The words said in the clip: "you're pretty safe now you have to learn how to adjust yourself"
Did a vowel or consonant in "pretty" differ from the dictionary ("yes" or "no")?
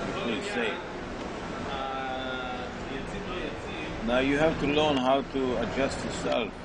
yes